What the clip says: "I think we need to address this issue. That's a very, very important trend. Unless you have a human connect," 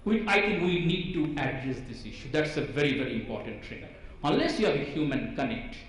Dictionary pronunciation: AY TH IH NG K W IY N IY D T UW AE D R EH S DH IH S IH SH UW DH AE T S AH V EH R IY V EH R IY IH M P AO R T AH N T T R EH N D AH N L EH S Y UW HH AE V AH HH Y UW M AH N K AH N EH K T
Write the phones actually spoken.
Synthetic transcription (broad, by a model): AY T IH NG K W IY N IY D T UW AE D R EH S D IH S IH SH UW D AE T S AH V EH R IY V EH R IY IH M P AO R T AH N T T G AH D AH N L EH S Y UW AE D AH HH Y UW M AH N K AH N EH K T